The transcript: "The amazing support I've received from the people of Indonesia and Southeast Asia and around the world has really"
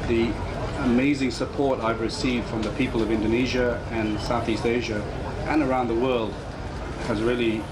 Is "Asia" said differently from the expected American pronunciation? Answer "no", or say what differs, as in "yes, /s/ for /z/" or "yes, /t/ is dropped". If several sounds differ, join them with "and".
no